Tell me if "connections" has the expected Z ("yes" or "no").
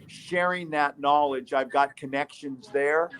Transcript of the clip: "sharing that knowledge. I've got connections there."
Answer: yes